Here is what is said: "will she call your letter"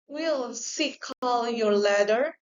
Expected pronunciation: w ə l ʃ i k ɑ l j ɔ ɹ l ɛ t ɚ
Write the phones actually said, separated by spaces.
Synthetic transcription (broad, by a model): w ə l s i k ɑ l j ɔ ɹ l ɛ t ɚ